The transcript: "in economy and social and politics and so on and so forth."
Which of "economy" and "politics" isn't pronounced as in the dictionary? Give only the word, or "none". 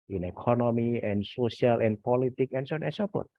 politics